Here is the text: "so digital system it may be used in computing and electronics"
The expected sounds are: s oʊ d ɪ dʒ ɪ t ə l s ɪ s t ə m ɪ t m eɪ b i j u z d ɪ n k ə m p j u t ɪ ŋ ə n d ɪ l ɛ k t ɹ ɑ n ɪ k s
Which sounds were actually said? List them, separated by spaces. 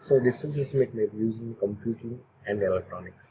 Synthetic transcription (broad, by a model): s oʊ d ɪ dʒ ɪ s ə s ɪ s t m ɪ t m eɪ b i j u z ɪ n k ə m p j u t ɪ ŋ ə n d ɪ l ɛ k t ɹ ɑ n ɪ k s